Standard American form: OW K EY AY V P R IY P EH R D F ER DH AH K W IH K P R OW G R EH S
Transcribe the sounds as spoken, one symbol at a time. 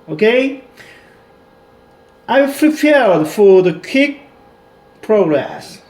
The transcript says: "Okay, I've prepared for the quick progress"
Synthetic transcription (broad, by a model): OW K EY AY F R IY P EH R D F ER DH AH K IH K P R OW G R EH S